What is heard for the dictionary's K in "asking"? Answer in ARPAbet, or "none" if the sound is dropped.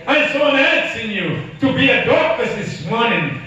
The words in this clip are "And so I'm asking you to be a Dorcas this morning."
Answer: none